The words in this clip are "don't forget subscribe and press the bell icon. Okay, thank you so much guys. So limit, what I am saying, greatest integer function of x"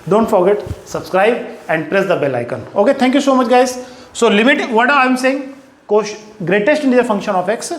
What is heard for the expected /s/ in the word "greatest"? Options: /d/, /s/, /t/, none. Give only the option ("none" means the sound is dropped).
/s/